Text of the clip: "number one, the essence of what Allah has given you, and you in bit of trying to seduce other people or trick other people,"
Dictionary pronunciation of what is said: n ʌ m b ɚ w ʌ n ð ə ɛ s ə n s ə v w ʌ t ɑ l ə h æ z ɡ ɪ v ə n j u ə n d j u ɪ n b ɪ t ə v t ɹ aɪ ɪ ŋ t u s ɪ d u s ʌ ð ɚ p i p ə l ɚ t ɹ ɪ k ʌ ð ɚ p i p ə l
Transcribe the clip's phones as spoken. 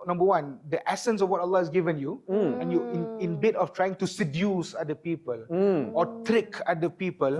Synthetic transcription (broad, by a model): n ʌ m b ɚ w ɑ n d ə ɛ s ə n s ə f w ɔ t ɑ l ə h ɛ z ɡ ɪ v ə n j u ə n j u ɪ n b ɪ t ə f t ɹ aɪ ɪ ŋ t u s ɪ d u s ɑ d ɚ p i p ə l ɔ t ɹ ɪ k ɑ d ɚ p i p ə l